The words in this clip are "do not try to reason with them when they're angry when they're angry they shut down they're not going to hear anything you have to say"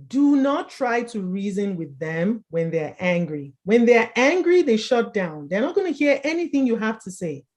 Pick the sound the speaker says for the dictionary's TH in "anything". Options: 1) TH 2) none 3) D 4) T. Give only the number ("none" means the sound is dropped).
1